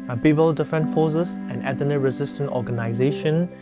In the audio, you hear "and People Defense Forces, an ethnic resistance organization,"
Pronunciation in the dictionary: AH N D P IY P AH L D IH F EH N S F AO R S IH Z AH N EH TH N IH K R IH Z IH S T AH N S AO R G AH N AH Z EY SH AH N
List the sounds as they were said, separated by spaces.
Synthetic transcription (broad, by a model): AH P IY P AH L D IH F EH N F AO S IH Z AH N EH T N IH R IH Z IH S T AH N AO G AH N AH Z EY SH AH N